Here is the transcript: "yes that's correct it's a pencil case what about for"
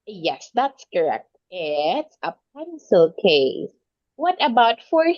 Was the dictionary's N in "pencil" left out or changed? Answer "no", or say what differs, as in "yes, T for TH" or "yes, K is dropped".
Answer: no